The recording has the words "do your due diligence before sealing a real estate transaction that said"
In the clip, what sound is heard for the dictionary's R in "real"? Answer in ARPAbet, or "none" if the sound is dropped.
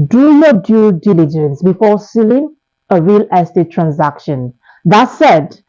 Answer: R